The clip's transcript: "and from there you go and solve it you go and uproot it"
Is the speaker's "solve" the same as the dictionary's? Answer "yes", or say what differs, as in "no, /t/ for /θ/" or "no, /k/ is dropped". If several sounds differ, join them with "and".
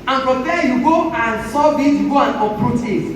no, /l/ is dropped